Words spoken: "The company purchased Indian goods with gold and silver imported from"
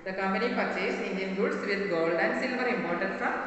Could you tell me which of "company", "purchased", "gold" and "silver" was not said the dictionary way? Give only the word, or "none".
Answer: purchased